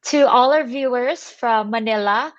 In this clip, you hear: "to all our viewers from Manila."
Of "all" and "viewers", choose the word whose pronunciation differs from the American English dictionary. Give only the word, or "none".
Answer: none